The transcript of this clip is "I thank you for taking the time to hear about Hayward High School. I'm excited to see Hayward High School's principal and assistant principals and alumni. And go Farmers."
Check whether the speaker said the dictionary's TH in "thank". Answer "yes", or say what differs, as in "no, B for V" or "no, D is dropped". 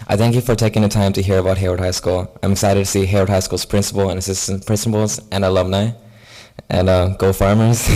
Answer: yes